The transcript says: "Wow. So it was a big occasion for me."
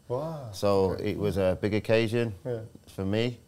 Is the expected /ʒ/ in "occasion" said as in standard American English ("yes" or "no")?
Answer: yes